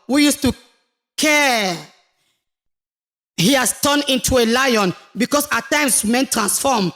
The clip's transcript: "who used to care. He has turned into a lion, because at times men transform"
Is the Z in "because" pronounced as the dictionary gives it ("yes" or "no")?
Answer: no